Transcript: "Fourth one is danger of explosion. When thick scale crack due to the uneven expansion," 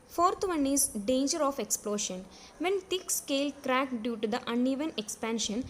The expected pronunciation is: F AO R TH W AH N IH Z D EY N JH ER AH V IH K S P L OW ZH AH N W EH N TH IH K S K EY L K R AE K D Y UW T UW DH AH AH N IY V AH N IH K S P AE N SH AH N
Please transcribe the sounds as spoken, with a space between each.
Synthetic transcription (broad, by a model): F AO R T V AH N IH Z D EY N JH ER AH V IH K S P L OW SH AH N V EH N T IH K S K EY L K R AE K D Y UW T UW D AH AH N IY V AH N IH K S P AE N SH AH N